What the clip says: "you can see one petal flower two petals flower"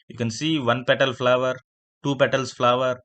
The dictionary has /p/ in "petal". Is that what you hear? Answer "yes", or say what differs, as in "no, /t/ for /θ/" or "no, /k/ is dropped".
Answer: yes